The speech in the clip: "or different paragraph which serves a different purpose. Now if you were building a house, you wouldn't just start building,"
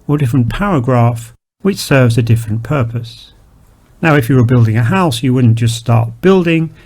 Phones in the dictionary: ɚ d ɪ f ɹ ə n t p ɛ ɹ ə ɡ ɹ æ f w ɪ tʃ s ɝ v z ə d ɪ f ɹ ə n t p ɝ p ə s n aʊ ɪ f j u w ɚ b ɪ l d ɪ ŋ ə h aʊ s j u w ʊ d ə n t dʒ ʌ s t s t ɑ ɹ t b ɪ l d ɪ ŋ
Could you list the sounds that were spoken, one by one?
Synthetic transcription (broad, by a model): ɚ d ɪ f ɹ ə n p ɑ ɹ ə ɡ ɹ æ f w ɪ tʃ s ɝ v z ə d ɪ f ɹ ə n p ɝ p ə s n aʊ ɪ f j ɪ w ɚ b ɪ l d ɪ ŋ ə h aʊ s j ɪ w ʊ d n dʒ ʌ s t s t ɑ ɹ t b ɪ l d ɪ ŋ